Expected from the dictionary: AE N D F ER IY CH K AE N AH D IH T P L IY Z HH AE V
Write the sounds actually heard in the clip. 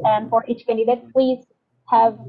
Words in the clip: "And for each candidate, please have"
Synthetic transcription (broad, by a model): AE N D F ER IY CH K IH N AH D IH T P L IY Z HH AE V